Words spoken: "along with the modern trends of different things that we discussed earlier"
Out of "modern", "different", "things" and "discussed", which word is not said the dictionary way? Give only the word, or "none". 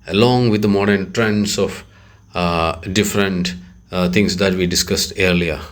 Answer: things